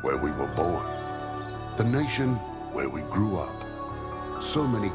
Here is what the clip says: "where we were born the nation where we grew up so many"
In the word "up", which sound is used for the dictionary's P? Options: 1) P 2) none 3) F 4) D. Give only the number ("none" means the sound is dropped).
1